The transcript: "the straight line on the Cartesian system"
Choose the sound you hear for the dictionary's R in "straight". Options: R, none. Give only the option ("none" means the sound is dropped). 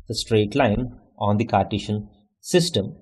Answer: R